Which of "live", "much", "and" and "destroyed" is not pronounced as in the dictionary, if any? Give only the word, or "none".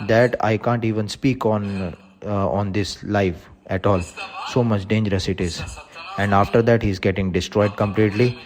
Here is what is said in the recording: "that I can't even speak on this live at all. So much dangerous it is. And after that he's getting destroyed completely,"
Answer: live